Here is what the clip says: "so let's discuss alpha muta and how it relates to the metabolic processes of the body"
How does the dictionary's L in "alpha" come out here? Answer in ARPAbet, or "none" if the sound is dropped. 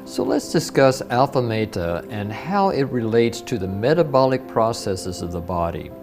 L